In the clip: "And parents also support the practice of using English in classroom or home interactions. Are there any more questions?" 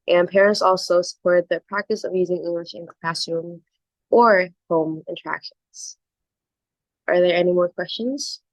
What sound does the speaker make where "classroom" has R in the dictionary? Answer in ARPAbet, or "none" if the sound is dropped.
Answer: none